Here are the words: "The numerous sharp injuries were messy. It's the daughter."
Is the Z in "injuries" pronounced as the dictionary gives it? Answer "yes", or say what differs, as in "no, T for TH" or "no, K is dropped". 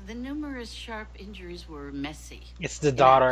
yes